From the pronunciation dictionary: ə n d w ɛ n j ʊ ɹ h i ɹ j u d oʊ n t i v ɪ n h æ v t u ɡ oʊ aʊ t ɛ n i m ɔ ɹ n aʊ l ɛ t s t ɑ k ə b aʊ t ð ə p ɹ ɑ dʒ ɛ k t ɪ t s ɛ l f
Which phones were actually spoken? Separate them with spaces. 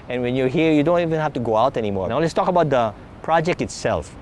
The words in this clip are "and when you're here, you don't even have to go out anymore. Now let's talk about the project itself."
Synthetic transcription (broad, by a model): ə n w ɛ n j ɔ h i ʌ j u d oʊ n t i v ɪ n h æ f t u ɡ oʊ aʊ t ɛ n i m ɔ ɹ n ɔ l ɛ s t ɑ k ə b aʊ t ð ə p ɹ ɑ dʒ ɛ k t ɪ t s ɛ l f